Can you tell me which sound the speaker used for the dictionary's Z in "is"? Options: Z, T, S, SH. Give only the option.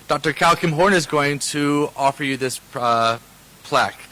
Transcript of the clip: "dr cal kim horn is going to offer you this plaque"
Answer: Z